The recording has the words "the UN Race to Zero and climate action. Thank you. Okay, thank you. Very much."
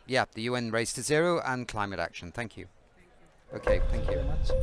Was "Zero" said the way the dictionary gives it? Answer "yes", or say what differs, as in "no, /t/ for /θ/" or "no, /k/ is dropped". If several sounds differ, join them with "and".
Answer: yes